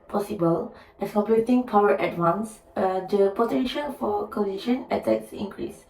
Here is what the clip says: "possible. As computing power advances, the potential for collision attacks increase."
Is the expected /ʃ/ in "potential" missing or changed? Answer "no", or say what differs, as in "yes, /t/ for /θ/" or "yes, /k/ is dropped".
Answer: no